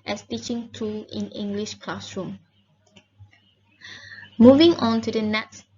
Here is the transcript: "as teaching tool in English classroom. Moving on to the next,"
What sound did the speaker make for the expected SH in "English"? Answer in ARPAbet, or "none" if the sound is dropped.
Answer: SH